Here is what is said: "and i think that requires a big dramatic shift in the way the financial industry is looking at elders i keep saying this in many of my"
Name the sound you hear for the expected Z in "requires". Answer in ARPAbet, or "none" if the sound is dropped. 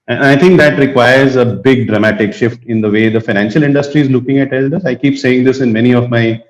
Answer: Z